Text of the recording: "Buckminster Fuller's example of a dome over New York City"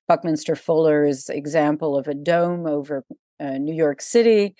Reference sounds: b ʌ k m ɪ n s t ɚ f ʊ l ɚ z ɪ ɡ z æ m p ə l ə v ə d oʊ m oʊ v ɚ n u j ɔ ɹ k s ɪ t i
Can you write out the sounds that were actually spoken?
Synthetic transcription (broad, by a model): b ʌ k m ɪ n s t ɚ f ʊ l ɚ z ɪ ɡ z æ m p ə l ə v ə d oʊ m oʊ v ɚ n u j ɔ ɹ k s ɪ t i